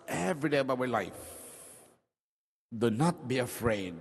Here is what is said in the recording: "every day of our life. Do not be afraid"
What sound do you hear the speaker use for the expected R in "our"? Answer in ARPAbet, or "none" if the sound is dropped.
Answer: W